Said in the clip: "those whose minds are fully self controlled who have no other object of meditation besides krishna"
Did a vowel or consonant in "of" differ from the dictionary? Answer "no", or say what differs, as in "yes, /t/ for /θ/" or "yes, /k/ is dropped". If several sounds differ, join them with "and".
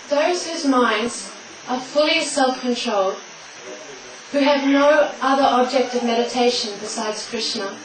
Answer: no